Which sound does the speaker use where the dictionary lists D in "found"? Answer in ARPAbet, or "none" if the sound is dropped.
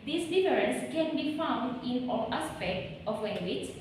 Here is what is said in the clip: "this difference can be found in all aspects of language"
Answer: D